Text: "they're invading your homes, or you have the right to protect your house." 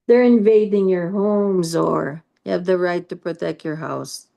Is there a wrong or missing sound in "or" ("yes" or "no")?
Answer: no